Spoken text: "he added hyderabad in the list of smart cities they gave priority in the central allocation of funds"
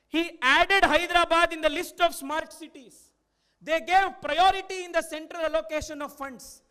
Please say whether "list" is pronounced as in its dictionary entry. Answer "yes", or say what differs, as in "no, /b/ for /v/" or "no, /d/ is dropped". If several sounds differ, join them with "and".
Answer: yes